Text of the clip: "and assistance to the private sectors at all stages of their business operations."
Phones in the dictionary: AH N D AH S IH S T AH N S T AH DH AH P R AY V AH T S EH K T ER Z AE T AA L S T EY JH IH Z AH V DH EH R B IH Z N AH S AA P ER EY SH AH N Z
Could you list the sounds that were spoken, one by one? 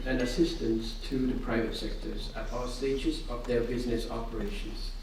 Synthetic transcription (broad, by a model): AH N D AH S IH S T AH N S T AH DH AH P R AY V AH T S EH K T ER Z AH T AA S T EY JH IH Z AH V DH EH R B IH Z N AH S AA P ER EY SH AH N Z